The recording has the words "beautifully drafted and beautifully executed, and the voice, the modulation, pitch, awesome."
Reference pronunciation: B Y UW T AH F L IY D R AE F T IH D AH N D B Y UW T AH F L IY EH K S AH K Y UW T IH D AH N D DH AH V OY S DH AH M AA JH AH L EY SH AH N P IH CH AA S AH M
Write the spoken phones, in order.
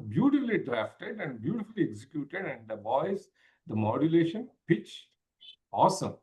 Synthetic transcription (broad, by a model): B Y UW T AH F L IY D R AE F T IH D AH N D B Y UW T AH F L IY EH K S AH K Y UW T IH D AH N D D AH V OY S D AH M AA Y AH L EY SH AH N P IH CH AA S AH M